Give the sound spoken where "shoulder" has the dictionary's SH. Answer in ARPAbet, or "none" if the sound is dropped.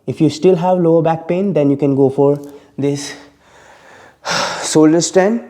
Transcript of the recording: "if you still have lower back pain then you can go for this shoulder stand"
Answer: S